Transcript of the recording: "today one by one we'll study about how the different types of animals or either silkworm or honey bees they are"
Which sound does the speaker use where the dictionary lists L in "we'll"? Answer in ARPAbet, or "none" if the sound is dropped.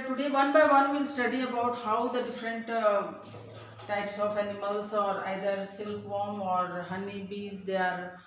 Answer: N